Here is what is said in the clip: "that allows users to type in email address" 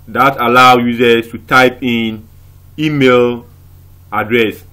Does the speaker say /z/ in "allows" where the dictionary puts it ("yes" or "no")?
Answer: no